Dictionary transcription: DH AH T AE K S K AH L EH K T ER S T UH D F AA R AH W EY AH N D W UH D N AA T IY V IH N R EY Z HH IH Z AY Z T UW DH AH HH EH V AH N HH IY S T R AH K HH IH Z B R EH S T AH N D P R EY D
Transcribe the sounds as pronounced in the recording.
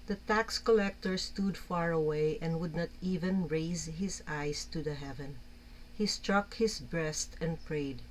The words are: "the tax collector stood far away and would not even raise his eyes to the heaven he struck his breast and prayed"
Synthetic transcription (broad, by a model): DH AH T AE K S K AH L EH K T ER S T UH D F AA R AH W EY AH N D W UH D N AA T IY V IH N R EY Z HH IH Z AY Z T UW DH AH HH EH V AH N HH IY S T R AH K HH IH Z B R EH S T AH N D P R EY D